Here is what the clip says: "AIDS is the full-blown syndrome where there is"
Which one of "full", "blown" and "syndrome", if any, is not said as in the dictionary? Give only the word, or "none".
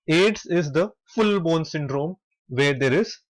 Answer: blown